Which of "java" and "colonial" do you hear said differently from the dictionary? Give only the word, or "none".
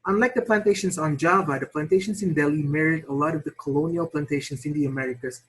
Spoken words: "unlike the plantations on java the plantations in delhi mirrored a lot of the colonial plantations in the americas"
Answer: none